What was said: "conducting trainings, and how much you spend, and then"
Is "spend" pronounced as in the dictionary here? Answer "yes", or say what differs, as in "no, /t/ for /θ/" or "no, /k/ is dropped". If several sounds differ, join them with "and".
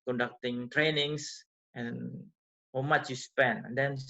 no, /d/ is dropped